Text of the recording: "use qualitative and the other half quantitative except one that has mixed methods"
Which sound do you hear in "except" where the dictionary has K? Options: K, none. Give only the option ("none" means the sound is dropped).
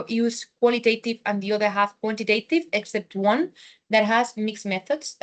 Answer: K